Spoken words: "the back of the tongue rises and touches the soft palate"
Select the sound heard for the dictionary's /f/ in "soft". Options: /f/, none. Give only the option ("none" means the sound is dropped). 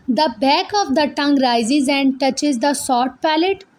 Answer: none